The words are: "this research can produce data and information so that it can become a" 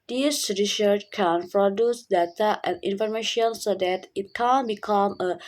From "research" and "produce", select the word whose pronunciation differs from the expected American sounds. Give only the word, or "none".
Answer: none